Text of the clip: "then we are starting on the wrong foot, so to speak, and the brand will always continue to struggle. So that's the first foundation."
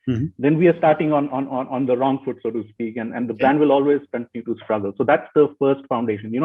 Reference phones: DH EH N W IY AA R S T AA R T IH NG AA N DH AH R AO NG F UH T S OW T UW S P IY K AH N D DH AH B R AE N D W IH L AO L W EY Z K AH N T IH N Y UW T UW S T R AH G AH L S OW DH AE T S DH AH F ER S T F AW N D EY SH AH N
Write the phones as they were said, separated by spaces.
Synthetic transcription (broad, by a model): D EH N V IY AA R S T AA R T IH NG AA N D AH R AO NG F UH T S OW T UW S P IY K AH N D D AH B AE N D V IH L AO L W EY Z K AH N T IH N Y UW T UW S T R AH G AH L S OW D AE T S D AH F ER S T F AW N D EY SH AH N